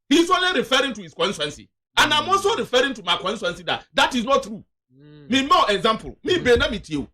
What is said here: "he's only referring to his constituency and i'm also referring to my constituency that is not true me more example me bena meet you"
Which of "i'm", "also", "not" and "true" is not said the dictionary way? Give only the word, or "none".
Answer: also